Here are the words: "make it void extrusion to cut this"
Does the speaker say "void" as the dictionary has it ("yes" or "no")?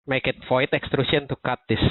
no